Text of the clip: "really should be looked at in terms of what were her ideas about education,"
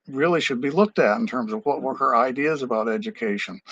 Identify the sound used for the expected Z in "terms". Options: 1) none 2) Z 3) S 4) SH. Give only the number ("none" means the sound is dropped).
2